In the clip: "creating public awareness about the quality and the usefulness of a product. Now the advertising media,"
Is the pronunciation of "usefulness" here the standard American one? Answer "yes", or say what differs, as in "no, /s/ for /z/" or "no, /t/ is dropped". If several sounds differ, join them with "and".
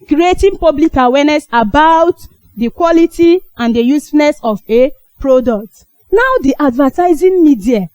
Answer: no, /l/ is dropped